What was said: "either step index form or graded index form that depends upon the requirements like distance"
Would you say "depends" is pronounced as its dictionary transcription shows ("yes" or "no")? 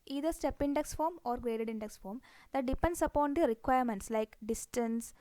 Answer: no